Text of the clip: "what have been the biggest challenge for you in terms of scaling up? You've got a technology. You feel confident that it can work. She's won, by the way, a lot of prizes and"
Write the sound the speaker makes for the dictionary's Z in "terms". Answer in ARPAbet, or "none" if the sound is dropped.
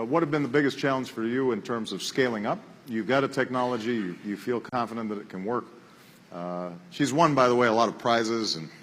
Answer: Z